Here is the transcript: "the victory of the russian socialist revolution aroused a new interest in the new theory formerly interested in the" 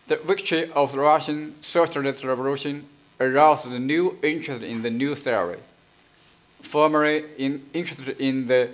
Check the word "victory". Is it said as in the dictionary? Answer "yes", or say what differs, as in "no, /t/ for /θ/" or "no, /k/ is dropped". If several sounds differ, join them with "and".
yes